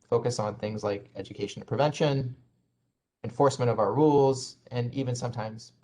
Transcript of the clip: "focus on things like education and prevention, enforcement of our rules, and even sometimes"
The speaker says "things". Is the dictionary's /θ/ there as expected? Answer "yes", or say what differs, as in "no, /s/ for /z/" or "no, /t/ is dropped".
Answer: yes